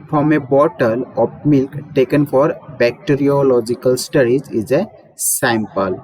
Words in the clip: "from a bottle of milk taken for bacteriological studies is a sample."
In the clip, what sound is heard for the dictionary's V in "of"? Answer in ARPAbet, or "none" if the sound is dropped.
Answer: P